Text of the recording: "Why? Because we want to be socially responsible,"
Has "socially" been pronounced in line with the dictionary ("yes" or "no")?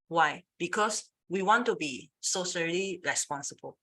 no